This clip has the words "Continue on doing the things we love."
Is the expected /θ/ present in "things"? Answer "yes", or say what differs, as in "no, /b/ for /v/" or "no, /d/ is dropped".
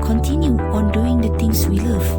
no, /t/ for /θ/